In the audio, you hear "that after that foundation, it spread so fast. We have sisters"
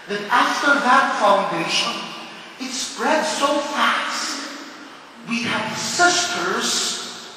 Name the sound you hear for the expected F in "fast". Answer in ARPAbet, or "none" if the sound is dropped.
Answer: F